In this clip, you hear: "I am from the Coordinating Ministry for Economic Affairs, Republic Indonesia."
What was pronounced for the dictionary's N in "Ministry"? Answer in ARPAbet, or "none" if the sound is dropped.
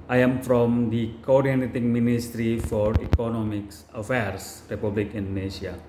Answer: N